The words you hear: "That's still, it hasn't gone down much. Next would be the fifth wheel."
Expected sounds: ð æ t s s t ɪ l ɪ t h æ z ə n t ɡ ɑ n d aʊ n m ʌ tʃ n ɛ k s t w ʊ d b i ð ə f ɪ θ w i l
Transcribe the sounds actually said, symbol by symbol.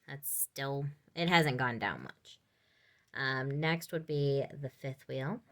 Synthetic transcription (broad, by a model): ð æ t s s t ɪ l ɪ t h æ z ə n ɡ ɑ n d aʊ n m ʌ tʃ n ɛ k s t w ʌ d b i ð ə f ɪ θ w i l